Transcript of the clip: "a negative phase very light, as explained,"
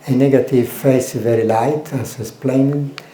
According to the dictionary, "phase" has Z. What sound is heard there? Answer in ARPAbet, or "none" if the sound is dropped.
S